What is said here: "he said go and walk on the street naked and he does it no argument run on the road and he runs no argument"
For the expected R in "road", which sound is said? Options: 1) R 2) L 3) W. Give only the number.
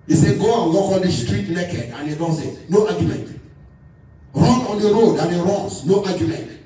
1